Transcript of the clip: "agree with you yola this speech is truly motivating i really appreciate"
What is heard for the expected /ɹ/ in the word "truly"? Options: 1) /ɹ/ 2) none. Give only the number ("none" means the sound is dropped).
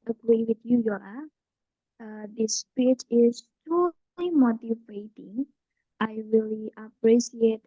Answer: 2